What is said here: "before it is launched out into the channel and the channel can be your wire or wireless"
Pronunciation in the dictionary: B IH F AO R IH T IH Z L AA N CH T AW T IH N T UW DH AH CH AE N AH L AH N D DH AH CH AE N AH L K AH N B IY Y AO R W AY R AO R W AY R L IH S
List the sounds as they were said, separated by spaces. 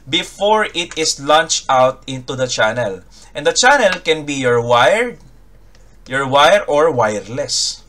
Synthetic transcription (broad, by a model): B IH F AO R IH T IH S L AA N CH T AW T IH N T UW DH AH CH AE N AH L AH N D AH CH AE N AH L K AH N B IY Y AO R W AY R AO R W AY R L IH S